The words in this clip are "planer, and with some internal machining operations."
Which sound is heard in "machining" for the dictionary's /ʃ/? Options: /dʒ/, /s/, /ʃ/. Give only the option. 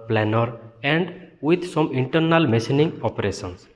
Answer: /s/